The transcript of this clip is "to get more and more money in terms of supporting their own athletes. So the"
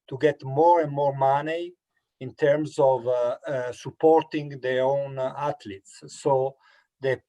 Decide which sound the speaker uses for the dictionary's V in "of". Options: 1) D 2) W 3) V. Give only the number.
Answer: 3